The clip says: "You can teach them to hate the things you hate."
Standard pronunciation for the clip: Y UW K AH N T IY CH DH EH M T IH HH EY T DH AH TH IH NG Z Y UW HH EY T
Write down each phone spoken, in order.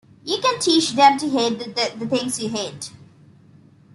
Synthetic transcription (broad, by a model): Y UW K AH N T IY CH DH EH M T IH HH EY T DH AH T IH NG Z Y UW HH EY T